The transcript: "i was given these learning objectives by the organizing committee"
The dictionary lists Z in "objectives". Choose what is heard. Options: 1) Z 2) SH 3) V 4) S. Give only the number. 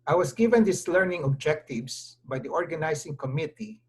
4